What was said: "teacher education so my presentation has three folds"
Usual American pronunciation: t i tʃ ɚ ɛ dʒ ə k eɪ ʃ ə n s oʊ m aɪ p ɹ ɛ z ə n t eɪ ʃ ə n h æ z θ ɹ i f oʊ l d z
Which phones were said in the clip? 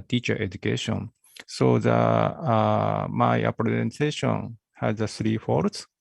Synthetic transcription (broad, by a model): t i tʃ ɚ ɛ dʒ ə k eɪ ʃ ə n s oʊ m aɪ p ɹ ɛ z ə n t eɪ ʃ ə n h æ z s ɹ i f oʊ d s